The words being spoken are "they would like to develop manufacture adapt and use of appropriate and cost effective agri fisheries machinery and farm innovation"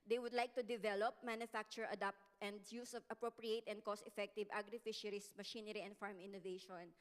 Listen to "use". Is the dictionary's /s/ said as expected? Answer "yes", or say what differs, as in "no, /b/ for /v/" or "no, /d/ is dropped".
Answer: yes